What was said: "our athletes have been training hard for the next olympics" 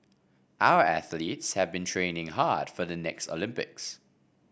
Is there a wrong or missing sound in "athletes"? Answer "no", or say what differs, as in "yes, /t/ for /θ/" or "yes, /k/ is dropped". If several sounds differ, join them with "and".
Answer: no